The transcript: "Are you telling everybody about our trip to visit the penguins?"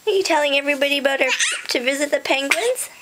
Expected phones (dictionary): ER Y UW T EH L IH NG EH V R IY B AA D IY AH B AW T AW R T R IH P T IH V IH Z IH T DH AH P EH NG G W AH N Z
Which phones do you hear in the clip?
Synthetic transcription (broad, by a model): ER Y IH T EH L IH NG EH V R IY B AA D IY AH AH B AW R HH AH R T IH V IH Z IH T DH AH P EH NG G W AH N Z